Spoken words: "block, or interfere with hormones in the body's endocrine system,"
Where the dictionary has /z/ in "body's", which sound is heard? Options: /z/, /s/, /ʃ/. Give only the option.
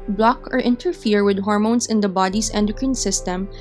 /s/